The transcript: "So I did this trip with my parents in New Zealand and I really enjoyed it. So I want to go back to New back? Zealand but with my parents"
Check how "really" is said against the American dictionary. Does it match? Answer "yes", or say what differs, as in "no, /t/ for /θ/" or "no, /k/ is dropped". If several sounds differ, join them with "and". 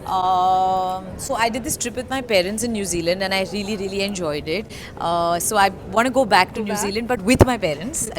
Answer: yes